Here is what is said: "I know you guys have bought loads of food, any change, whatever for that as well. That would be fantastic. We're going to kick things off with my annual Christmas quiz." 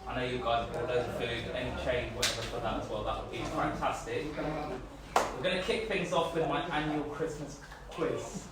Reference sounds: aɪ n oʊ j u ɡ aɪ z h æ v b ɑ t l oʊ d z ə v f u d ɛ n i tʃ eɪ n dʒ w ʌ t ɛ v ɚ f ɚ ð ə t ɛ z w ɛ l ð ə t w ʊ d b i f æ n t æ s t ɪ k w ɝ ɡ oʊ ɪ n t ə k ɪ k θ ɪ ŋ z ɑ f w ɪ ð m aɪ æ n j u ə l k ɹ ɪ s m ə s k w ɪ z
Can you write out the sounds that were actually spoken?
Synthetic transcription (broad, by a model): aɪ n oʊ j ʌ ɡ aɪ z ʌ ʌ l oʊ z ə f u d ɛ n i tʃ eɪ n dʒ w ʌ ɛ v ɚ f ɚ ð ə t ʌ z w ɛ l ð ə t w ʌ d b i f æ n t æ s t ɪ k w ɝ ɡ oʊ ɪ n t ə k ɪ k θ ɪ ŋ z ɑ f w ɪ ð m aɪ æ n j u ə l k ɹ ɪ s m ə s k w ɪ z